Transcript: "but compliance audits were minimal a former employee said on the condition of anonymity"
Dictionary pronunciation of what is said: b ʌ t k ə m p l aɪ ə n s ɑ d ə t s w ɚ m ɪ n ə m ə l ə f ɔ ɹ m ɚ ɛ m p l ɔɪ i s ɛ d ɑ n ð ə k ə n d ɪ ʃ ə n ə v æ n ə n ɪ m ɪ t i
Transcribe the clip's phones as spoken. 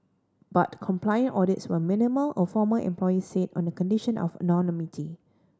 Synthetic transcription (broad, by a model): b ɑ t k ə m p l aɪ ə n ɑ d ə t s w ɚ m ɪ n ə m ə l ə f ɔ m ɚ ɛ m p l ɔɪ i s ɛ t ɑ n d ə k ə n d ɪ ʃ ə n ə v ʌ n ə n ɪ m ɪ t i